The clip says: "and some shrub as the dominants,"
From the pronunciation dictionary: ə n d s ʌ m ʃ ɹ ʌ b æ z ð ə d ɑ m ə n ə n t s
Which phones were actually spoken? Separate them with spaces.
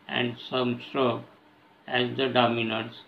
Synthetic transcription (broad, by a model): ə n d s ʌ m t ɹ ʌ æ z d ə d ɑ m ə n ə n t s